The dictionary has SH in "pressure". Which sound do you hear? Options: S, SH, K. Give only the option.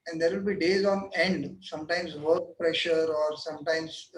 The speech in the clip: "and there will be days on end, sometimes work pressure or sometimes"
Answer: SH